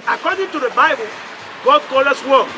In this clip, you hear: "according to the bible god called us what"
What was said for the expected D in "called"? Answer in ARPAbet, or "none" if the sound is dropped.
none